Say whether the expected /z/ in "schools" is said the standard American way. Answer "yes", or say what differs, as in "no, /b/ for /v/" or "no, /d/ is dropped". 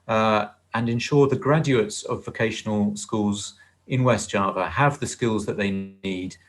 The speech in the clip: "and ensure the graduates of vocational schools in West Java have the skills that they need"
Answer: yes